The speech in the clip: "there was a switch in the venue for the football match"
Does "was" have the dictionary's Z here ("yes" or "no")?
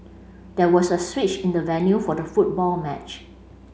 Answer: no